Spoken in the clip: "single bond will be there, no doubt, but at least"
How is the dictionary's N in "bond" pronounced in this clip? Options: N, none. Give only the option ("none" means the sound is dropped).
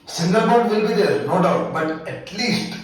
none